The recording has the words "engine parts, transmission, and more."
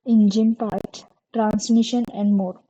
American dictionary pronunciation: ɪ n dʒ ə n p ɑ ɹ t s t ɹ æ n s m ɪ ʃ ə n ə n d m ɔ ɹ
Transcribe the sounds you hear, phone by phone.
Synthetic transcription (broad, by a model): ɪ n dʒ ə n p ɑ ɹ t t ɹ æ n s m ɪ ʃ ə n ə n d m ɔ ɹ